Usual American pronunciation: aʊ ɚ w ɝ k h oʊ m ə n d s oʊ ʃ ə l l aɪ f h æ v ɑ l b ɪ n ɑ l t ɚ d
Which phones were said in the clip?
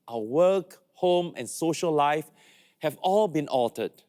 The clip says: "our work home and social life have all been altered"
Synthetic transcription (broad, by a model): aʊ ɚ w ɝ k h oʊ m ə n s oʊ ʃ ə l l aɪ f h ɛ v ɑ l b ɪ n ɑ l t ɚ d